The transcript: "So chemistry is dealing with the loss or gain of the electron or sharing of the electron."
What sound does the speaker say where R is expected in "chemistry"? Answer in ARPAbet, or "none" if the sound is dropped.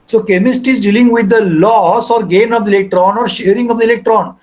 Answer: none